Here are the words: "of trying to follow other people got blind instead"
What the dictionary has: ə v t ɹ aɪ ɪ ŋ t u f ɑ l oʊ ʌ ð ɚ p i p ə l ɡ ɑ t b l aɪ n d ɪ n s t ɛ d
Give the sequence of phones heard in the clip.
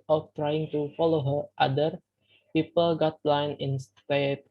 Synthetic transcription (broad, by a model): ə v t ɹ aɪ ɪ ŋ t u f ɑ l oʊ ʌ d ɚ p i p ə l ɡ ɑ t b l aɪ n ɪ n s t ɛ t